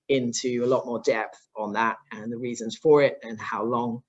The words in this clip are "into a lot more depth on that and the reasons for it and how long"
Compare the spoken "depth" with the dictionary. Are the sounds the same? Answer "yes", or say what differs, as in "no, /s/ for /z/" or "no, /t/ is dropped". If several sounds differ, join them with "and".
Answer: yes